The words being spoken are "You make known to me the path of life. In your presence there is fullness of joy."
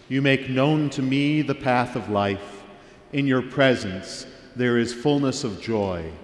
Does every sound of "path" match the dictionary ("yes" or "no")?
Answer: yes